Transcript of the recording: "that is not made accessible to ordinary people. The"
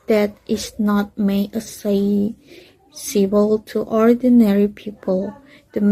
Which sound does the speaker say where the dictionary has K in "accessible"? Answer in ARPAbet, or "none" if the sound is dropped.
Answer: none